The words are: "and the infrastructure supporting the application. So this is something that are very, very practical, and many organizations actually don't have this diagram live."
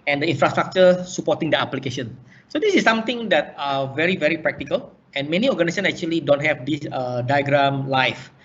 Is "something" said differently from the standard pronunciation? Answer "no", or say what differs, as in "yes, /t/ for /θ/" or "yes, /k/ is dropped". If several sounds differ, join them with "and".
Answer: yes, /t/ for /θ/